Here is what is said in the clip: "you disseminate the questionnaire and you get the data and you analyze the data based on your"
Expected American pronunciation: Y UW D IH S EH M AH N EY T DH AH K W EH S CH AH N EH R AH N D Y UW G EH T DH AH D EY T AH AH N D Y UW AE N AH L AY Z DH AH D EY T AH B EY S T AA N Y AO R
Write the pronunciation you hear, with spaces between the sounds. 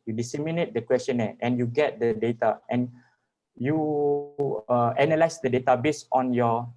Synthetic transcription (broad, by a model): Y UW D IH S EH M AH N EY T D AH K W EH S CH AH N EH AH N Y UW G EH T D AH D EY T AH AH N Y UW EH N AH L AY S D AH D EY T AH B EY S AA N Y AO